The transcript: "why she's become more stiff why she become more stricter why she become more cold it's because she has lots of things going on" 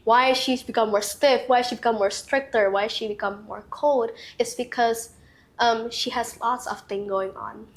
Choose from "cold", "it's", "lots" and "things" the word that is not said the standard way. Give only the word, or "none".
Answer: things